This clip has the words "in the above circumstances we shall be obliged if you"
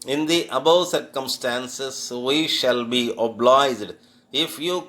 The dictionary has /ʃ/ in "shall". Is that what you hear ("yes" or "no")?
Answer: yes